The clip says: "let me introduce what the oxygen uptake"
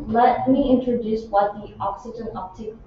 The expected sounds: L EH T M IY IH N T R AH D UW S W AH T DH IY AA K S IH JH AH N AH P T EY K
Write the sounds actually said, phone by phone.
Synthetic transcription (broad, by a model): L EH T M IY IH N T R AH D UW S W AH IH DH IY AA K S IH JH AH N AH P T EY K